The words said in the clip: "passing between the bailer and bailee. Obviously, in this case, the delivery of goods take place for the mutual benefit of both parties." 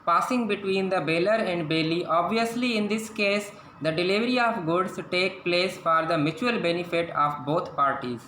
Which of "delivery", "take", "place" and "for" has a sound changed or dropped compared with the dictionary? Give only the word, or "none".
none